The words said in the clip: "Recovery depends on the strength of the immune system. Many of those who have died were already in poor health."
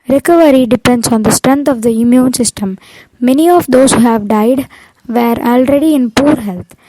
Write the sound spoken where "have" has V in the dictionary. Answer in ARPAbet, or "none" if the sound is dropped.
V